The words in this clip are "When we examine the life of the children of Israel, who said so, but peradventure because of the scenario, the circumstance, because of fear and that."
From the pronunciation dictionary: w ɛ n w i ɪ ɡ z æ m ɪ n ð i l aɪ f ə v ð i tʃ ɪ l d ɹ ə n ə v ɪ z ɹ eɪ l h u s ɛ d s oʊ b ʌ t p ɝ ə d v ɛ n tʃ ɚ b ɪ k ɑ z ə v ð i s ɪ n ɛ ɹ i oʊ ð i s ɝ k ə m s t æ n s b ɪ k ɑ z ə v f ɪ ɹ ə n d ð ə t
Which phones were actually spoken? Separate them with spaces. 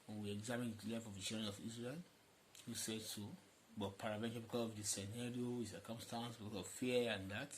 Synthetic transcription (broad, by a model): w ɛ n w i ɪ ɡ z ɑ m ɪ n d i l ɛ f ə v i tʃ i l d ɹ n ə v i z ɹ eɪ l h u s ɛ d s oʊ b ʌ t p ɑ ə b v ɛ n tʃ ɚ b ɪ k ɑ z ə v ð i s ɪ n ɛ ɹ i oʊ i s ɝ k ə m s t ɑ n s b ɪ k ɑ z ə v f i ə n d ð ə t